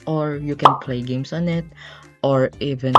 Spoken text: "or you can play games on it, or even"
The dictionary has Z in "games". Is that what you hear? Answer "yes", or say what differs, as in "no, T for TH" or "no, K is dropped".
no, S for Z